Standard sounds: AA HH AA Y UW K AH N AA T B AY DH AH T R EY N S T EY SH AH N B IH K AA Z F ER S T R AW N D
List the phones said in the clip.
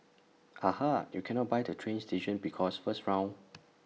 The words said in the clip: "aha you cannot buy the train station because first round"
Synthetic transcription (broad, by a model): AA HH AA Y UW K AH N AA T B AY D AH T R EY N S T EY SH AH N B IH K AA S F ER S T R AW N